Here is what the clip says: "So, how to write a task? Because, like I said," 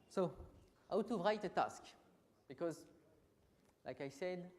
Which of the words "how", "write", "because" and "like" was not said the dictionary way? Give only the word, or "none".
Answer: none